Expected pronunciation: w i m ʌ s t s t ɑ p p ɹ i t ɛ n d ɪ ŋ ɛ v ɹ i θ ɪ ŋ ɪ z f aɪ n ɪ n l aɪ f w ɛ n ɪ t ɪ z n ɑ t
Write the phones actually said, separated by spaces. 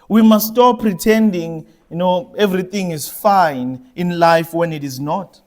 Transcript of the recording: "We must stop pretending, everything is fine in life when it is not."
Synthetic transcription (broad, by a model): w i m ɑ s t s t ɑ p p ɹ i t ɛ n d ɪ ŋ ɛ v ɹ i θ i ŋ ɪ z f aɪ n ɪ n l aɪ f w ɛ n ɪ t ɪ z n ɑ t